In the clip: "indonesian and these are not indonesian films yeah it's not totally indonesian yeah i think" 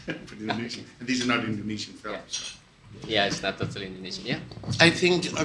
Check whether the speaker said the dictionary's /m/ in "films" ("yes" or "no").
no